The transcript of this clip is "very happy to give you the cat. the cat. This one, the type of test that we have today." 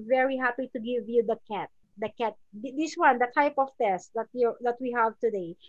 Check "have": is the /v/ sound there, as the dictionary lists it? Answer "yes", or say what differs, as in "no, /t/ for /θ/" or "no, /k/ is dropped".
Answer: yes